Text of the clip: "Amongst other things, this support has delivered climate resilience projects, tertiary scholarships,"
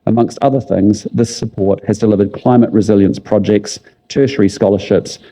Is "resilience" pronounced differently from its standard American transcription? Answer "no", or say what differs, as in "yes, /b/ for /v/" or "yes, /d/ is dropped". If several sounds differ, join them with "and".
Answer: no